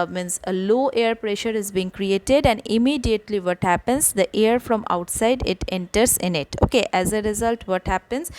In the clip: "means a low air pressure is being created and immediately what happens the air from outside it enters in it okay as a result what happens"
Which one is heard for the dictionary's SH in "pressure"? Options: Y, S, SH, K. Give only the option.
SH